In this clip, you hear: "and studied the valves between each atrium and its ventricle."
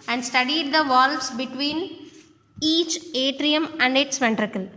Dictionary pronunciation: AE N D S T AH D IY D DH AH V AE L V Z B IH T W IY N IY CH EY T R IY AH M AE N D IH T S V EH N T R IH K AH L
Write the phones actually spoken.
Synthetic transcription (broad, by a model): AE N D S T AH D IY D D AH V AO L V S B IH T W IY N IY CH EY T R IY AH M AE N D IH T S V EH N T R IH K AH L